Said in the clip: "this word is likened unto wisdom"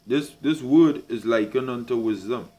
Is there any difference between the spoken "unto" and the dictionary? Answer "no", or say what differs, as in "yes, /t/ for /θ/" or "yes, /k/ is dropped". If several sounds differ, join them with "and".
no